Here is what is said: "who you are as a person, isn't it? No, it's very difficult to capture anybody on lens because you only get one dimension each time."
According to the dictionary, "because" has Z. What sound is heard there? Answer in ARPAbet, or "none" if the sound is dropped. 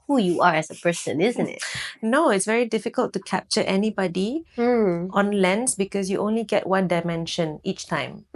S